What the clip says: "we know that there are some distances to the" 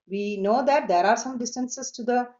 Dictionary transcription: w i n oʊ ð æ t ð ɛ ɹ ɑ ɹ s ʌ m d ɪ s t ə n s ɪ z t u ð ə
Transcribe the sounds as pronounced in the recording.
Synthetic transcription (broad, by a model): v i n oʊ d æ t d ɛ ɹ ɑ ɹ s ʌ m d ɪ s t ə n s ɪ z t u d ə